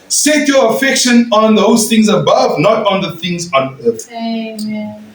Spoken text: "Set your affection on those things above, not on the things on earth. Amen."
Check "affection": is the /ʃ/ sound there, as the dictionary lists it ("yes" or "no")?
yes